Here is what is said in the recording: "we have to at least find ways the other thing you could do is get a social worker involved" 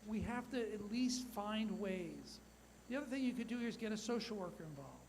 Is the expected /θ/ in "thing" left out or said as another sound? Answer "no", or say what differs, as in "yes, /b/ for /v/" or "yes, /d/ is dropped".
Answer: no